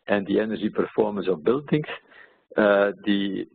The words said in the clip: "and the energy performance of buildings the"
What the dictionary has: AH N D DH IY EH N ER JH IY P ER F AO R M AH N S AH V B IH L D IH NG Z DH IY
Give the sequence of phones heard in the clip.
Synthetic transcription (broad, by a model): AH N D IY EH N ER ZH IY P ER F AO R M AH N S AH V B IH L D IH NG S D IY